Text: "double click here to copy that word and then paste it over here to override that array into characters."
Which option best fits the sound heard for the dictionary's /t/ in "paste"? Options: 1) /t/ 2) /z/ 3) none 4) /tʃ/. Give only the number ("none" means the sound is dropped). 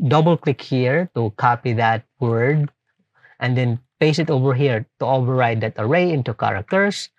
3